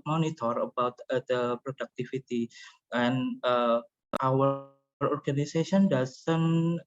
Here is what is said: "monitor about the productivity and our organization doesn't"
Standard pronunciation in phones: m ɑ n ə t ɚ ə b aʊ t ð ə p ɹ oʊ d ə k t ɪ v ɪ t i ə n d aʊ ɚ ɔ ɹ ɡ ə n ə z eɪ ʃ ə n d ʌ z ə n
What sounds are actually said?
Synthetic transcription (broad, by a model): m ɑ n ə t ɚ ə b aʊ t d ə p ɹ oʊ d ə k t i f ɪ t i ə n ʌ aʊ ɚ ɔ ɹ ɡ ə n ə s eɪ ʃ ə n d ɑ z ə n